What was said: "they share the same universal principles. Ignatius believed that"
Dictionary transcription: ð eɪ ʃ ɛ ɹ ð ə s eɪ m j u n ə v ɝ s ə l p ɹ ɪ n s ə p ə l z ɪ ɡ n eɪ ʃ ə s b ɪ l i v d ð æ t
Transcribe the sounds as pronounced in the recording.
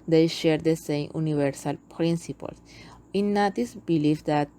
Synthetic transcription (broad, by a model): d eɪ ʃ ɛ ɹ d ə s eɪ m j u n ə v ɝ s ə l p ɹ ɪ n s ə p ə l s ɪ n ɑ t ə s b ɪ l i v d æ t